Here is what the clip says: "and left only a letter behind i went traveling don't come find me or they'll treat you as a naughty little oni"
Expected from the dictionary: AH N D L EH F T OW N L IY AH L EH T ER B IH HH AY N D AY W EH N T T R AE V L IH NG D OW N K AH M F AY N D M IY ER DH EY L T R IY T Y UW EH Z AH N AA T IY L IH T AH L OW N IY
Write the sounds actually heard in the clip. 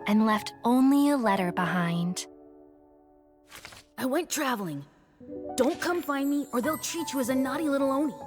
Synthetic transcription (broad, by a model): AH N L EH F T OW N L IY AH L EH T ER B IH HH AY N D AY W EH N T T R AE V L IH NG D OW N K AH M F AY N M IY ER DH EY L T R IY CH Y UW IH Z AH N AA T IY L IH T L OW N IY